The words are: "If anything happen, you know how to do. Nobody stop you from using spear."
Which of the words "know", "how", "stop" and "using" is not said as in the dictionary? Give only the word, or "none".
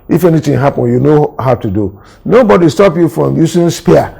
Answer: using